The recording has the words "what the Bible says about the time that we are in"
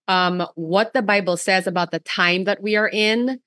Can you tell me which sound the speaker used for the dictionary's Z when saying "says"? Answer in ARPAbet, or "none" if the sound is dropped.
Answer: Z